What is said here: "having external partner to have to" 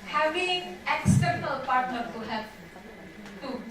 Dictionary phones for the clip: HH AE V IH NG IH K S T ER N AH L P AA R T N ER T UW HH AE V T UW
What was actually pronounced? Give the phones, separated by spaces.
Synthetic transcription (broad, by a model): HH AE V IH NG IH K S T ER N AH L P AA R T N ER T UW HH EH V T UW